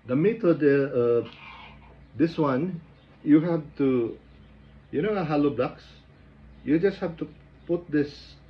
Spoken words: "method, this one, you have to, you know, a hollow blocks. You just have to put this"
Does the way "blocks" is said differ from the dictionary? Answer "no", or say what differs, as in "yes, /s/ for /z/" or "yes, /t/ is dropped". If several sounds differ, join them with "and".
no